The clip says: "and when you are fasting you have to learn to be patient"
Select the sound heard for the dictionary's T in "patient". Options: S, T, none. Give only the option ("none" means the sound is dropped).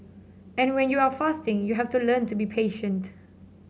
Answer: T